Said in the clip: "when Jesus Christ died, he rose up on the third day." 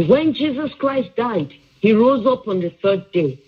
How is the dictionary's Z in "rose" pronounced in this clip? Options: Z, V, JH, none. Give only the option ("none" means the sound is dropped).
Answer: Z